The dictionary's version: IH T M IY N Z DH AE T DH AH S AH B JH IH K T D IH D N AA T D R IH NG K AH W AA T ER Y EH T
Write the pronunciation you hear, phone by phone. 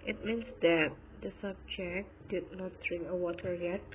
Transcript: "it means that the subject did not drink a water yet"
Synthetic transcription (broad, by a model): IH T M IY N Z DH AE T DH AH S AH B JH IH K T D IH D N AA T D R IH NG K AH W AA T ER Y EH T